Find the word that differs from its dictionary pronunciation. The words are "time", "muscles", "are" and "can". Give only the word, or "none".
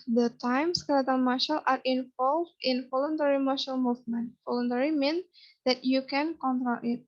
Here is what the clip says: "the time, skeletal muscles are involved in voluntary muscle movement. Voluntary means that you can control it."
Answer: muscles